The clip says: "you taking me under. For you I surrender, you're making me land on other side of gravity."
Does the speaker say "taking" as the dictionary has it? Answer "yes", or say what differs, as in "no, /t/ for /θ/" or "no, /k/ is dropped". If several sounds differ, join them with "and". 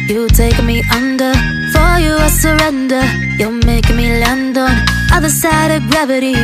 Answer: no, /k/ is dropped